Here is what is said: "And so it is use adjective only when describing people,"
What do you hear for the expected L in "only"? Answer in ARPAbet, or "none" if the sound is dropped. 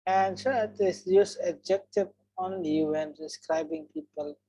none